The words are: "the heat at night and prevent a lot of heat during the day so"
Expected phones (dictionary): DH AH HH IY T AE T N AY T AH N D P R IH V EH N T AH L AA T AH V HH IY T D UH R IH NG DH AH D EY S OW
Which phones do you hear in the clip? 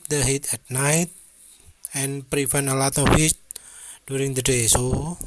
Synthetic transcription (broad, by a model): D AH HH IY T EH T N AY T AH N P R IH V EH N AH L AA T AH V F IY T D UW R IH NG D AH D EY S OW